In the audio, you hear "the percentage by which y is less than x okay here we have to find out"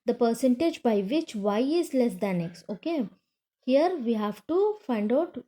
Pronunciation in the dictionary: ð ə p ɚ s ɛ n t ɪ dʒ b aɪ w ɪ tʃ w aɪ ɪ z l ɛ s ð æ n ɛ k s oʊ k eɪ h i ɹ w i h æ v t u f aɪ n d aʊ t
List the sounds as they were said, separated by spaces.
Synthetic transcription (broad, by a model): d ə p ɚ s ɛ n t ɪ dʒ b aɪ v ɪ tʃ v aɪ ɪ z l ɛ s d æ n ɛ k s oʊ k eɪ h i ɹ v i h æ v t u f aɪ n d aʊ t